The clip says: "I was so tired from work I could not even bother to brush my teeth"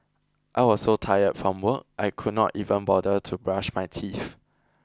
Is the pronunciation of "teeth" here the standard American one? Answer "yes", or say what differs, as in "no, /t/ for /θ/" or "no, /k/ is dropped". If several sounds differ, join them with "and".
no, /f/ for /θ/